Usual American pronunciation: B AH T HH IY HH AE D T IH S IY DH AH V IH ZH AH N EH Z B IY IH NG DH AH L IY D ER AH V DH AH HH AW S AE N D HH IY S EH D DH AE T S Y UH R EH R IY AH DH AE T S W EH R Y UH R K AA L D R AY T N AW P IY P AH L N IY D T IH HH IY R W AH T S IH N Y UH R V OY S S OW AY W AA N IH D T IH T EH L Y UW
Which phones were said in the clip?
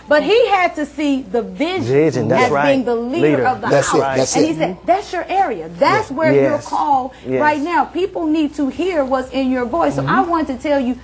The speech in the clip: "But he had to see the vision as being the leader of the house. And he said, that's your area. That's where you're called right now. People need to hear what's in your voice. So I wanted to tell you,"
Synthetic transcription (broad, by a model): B AH T HH IY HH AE D T IH S IY DH AH V IH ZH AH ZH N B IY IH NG DH AH L IY D ER AH V DH AH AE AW AE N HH IY S EH D DH AE T S Y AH R EH R IY AH DH AE T S W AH R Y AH R K AA L R AY T N AW P IY P L N IY D T IH HH IY R W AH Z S IH N Y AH R V OY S S OW AY W AA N T IH T EH L Y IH